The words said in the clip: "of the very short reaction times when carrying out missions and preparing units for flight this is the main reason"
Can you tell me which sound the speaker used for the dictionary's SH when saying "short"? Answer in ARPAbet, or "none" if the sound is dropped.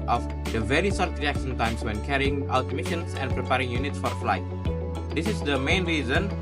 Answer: S